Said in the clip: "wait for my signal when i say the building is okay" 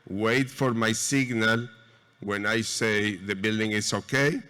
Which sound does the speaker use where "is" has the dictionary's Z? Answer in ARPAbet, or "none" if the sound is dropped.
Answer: S